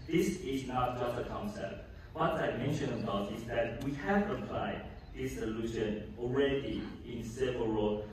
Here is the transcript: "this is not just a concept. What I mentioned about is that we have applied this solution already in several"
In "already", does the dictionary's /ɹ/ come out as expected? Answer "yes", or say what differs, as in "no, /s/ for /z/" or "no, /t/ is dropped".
yes